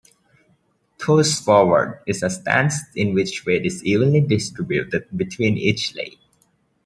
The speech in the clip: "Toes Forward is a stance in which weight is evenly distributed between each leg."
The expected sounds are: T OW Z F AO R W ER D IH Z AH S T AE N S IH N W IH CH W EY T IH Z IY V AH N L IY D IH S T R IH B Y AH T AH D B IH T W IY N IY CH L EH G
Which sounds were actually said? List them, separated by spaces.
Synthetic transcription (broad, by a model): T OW S F AO R W ER D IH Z AH S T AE N S IH N W IH CH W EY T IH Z IY V AH N L IY D IH S T R IH B Y AH T AH D B IH T W IY N IY CH L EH